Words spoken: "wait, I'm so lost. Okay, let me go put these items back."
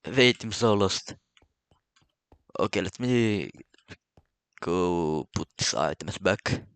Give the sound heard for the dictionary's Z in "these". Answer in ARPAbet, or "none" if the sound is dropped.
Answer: S